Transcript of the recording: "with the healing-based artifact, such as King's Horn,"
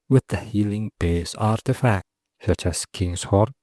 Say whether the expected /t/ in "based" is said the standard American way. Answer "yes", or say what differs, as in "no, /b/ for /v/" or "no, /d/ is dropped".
no, /t/ is dropped